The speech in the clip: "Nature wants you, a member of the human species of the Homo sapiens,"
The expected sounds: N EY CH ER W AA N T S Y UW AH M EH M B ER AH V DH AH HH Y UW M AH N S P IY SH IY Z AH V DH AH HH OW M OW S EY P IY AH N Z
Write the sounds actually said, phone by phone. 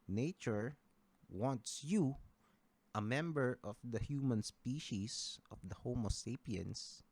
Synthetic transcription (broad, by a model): N EY CH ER W AA N T S Y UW AH M EH M B ER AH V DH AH HH Y UW M AH N S P IY SH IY S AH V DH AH HH OW M OW S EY P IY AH N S